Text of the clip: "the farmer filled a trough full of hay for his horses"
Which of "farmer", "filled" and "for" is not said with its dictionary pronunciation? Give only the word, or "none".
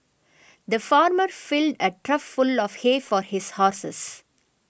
none